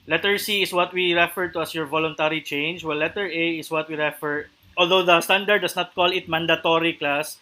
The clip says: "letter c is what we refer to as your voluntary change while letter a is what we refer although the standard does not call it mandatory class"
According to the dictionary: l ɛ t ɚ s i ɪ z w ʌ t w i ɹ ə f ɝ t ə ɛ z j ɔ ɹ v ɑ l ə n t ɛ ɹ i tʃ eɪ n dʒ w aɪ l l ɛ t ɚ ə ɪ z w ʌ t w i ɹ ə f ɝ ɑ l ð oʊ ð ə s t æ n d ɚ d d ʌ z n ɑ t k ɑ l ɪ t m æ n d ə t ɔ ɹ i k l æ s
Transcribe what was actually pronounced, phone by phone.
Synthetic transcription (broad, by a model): l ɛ t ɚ s i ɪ s w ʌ t w i ɹ ə f ɝ t ə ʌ s j ɔ ɹ v ɑ l ə n t ɛ ɹ i tʃ eɪ n dʒ w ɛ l l ɛ t ɚ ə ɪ s w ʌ t w i ɹ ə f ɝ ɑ l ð oʊ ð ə s t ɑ n d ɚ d d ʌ s n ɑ t k ɑ l ɪ t m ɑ n d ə t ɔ ɹ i k l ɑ s